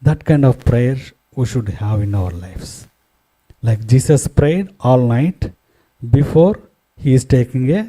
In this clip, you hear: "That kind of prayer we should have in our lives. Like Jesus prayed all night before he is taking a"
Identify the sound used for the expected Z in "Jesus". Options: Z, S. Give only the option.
S